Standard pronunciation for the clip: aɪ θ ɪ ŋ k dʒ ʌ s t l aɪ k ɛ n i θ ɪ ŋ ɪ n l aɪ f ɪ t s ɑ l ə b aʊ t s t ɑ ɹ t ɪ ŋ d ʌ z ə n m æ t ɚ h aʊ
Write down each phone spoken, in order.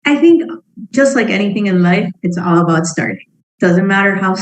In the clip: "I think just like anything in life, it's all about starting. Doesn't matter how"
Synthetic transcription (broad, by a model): aɪ θ ɪ ŋ k dʒ ʌ s t l aɪ k ɛ n i θ ɪ ŋ ɪ n l aɪ f ɪ t s ɑ l ə b aʊ t s t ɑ ɹ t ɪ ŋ d ʌ z ə n m æ t ɚ h aʊ